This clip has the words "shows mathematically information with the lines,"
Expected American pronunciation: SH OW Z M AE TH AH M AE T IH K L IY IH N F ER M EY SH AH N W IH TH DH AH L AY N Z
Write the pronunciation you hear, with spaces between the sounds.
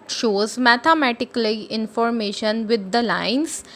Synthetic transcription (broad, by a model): SH OW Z M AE T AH M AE T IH K L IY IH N F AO M EY SH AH N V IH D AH L AY N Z